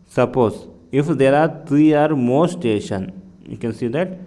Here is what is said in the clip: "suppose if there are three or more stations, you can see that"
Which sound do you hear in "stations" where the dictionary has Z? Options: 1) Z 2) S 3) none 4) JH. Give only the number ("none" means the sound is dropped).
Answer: 3